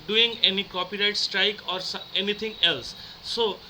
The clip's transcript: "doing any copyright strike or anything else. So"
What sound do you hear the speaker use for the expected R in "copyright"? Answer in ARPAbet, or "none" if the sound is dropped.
R